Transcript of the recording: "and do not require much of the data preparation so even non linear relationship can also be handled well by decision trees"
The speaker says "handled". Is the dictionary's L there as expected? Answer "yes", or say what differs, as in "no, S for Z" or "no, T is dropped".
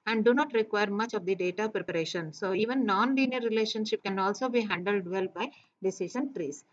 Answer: yes